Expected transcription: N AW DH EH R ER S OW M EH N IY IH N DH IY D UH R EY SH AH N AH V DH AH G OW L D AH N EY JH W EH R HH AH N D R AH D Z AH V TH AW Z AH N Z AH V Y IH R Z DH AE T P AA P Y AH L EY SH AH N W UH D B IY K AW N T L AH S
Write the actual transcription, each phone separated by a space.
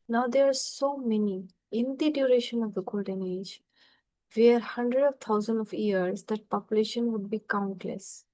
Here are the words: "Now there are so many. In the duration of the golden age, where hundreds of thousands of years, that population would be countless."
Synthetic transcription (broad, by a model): N AW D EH R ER S OW M EH N IY IH N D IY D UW R EY SH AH N AH V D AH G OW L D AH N EY JH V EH R HH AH N D R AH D AH V T AW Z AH N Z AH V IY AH R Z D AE T P AA P Y AH L EY SH AH N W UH D B IY K AW N T L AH S